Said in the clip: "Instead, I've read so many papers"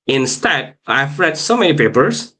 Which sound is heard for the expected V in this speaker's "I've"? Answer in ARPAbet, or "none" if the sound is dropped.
F